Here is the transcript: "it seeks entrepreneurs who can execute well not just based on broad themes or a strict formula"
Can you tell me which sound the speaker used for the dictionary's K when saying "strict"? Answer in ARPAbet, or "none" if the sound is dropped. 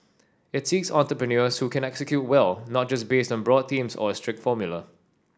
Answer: K